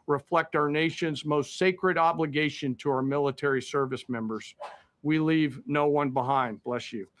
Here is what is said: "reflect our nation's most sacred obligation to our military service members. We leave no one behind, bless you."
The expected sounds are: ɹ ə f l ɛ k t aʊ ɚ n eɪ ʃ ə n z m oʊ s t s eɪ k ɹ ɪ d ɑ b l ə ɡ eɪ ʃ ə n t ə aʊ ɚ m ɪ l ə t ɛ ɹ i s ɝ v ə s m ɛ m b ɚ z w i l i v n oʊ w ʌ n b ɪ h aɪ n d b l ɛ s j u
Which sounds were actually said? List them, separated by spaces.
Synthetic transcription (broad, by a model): ɹ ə f l ɛ k t aʊ ɚ n eɪ ʃ ə n z m oʊ s t s eɪ k ɹ ɪ d ɑ b l ə ɡ eɪ ʃ ə n t ə aʊ ɚ m ɪ l ə t ɛ ɹ i s ɝ v ə s m ɛ m b ɚ z w i l i v n oʊ w ʌ n b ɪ h aɪ n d b l ɛ s j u